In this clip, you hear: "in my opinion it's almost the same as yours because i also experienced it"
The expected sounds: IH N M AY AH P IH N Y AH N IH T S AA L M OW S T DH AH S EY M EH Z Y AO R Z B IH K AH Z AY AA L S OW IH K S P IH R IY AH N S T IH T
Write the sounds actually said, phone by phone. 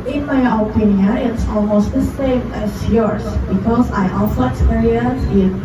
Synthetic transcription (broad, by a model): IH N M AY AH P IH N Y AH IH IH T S AA L M OW S T DH AH S EY M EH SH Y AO R S B IH K AH Z AY AA L S OW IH K S P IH R IY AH N S IH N